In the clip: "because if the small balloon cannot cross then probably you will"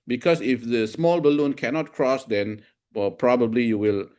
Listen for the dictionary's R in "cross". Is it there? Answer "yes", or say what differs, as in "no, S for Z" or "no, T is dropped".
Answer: yes